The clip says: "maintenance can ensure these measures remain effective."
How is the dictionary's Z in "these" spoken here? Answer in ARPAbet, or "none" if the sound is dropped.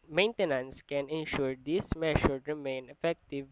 S